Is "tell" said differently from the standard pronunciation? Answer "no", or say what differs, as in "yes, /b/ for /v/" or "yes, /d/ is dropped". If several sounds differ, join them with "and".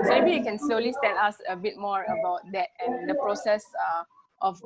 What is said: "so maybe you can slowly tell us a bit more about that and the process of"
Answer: yes, /n/ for /l/